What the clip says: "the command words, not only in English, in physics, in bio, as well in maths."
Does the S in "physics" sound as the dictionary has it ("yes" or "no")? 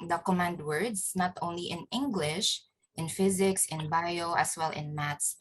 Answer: yes